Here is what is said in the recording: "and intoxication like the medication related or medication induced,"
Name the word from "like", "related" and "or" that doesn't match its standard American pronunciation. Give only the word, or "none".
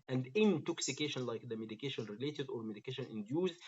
none